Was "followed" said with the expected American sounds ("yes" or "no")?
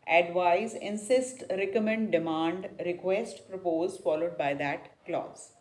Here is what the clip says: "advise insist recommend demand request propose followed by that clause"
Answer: yes